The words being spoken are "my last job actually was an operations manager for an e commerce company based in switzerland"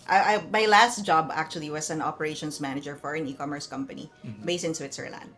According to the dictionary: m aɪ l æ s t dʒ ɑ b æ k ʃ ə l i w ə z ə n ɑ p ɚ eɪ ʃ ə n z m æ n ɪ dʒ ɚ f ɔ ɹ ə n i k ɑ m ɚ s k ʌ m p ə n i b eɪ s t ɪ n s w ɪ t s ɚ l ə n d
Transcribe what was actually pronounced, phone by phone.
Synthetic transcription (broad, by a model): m aɪ l æ s t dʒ ɑ b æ k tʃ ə l i w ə s ə n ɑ p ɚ eɪ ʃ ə n s m æ n ɪ dʒ ɚ f ɔ ɹ ə n i k ɑ m ɚ s k ʌ m p ə n i b eɪ s t ɪ n s w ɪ t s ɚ l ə n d